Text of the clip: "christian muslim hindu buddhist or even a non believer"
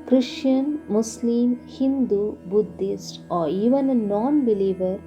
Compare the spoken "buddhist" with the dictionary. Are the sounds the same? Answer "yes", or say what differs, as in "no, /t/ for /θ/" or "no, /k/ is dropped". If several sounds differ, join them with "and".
yes